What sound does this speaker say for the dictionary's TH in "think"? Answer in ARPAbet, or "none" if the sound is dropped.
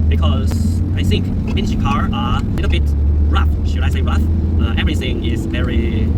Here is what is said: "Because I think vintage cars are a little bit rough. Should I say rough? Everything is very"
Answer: TH